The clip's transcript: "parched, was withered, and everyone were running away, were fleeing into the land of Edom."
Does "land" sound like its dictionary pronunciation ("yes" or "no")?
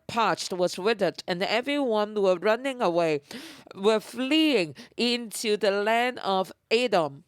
yes